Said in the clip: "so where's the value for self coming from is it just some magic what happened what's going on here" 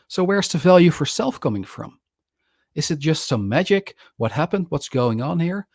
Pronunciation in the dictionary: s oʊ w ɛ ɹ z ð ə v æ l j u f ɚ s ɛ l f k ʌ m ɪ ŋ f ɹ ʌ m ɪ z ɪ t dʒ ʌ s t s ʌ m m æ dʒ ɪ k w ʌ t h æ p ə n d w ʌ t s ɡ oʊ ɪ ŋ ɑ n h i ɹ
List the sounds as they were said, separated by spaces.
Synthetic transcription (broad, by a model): s oʊ w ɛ ɹ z ð ə v æ l j u f ɚ s ɛ l f k ʌ m ɪ ŋ f ɹ ʌ m ɪ z ɪ t dʒ ʌ s t s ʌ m m æ dʒ ɪ k w ʌ t h æ p ə n d w ʌ t s ɡ oʊ ɪ ŋ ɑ n h i ɹ